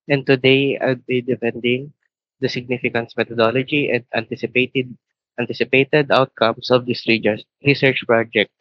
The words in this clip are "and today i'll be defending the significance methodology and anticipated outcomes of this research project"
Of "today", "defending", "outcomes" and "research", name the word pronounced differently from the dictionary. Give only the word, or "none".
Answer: outcomes